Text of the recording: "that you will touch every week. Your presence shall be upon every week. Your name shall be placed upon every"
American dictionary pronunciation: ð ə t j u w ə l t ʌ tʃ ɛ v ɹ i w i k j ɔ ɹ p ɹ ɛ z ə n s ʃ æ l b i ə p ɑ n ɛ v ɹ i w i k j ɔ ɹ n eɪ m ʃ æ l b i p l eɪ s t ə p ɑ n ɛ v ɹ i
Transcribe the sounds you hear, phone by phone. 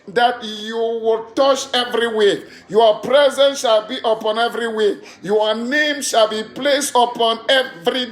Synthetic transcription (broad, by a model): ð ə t j u w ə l t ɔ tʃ ɛ v ɹ i w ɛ j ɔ p ɹ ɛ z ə n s ʃ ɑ l b i ə p ɑ n ɛ v ɹ i w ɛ j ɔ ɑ n eɪ m ʃ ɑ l b i p l eɪ s t ə p ɑ n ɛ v ɹ i